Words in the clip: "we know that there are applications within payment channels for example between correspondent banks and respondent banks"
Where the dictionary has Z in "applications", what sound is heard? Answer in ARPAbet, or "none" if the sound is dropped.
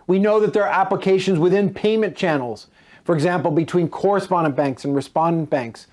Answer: Z